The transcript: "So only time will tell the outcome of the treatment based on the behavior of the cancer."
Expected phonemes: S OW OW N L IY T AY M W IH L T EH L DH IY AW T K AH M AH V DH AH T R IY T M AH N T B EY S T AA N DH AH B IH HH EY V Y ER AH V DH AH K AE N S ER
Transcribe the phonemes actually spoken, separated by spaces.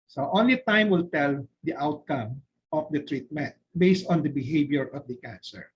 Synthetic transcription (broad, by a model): S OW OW N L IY T AY M W IH L T EH L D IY AW T K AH M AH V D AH T R IY T M AH N T B EY S T AA N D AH B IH HH EY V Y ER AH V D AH K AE N S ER